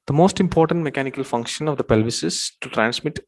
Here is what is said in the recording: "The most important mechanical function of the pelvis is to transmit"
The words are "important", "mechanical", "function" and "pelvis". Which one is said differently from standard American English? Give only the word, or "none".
none